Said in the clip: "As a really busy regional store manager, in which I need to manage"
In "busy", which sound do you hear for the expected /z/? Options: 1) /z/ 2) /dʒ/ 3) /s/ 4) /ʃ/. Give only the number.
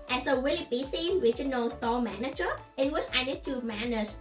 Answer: 3